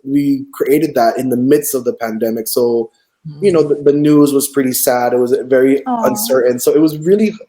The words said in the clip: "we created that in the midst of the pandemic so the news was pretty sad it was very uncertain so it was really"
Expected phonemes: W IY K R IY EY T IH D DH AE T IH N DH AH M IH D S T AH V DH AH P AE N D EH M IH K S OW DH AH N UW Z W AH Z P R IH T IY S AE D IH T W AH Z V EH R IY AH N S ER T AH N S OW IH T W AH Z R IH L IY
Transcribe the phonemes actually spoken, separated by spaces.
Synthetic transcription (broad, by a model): W IY K R IY EY T IH D DH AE T IH N DH AH M IH D S T AH V DH AH P AE N D EH M IH K S OW DH AH N UW Z W AH Z P R IH T IY S AE D IH T W AH Z V EH R IY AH N S ER T N S OW IH T W AH Z R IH L IY